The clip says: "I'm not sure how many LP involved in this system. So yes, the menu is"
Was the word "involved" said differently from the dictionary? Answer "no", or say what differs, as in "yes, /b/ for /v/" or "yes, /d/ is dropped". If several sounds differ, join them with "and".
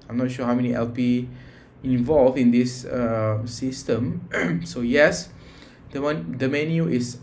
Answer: yes, /d/ is dropped